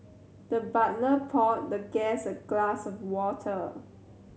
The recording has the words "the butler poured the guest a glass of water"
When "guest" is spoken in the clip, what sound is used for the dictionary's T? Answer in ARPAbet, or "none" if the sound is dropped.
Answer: none